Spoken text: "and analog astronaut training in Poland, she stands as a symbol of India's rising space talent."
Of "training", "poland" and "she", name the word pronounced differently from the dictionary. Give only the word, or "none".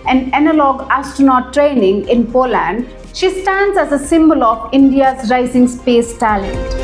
none